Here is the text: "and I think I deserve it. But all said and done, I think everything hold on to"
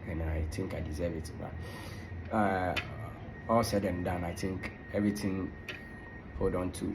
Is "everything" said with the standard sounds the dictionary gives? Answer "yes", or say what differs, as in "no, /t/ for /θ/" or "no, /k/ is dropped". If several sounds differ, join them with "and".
no, /t/ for /θ/